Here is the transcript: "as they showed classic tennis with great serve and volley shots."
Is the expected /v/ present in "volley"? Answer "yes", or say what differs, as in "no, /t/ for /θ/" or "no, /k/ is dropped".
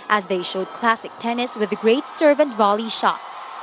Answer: yes